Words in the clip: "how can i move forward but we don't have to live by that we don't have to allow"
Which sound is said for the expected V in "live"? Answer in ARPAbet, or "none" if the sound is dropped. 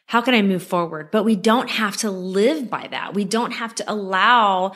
V